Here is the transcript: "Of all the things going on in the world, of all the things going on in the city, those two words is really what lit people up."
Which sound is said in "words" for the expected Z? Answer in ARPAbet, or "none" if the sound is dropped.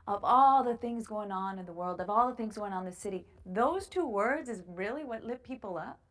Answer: Z